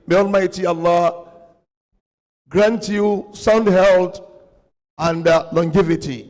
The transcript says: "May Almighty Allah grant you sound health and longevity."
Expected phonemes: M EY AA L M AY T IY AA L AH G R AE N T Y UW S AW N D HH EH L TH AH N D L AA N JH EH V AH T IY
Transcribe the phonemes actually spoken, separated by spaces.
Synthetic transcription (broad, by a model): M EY AA L M AY T IY AA L AH G R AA N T Y UW S AW N D HH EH L T AH N D L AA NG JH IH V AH T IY